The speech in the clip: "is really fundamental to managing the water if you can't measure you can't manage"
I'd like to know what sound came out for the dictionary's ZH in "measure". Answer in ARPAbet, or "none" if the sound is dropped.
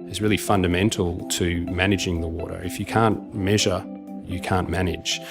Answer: ZH